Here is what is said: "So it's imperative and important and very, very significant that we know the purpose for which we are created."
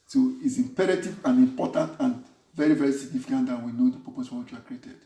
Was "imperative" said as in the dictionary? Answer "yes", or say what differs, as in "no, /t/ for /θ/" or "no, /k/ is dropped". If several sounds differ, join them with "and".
yes